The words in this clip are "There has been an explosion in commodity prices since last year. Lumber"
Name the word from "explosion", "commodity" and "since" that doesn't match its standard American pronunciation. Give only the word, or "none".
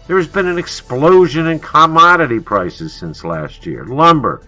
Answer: none